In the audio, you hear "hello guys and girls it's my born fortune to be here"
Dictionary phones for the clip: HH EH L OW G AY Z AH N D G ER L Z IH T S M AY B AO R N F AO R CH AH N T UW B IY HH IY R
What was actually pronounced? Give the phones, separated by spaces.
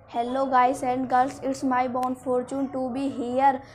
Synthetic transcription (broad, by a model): HH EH L OW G AY S AH N D G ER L S IH T S M AY B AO N F AO R CH AH N T UW B IY HH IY R